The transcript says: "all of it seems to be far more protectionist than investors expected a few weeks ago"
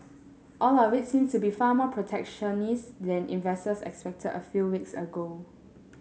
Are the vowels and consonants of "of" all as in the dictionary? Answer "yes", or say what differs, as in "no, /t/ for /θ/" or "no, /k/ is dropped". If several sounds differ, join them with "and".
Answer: no, /w/ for /v/